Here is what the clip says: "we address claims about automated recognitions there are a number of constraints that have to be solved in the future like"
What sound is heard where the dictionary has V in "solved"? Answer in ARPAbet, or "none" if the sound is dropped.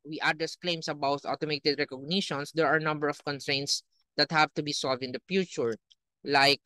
V